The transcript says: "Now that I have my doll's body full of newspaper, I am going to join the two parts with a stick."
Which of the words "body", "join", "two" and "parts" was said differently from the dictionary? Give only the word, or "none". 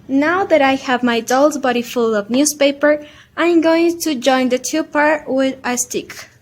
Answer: parts